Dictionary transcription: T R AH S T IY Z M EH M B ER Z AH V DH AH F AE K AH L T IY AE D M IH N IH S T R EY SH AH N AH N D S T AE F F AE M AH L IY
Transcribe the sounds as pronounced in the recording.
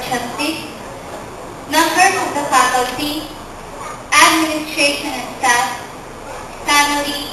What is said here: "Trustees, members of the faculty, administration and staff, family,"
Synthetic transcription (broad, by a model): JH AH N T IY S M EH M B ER S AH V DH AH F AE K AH L T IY AE D M IH N IH S T R EY SH AH N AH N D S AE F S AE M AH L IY